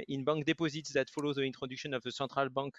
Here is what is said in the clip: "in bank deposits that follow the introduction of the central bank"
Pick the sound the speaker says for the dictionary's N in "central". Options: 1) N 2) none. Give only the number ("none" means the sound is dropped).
2